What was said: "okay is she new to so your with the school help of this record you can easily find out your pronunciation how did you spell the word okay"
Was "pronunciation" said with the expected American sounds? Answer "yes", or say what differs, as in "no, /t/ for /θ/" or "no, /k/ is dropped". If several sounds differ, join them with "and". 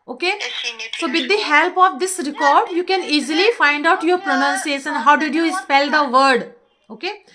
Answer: no, /s/ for /ʃ/